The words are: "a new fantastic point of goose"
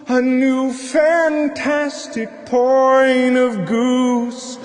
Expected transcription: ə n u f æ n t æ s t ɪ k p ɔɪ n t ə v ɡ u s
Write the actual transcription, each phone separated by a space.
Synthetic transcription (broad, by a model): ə n u f æ n t æ s t ɪ k p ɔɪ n ə v ɡ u s